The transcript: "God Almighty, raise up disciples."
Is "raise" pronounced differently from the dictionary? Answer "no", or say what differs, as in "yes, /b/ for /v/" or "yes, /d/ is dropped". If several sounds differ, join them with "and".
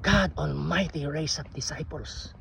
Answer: yes, /s/ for /z/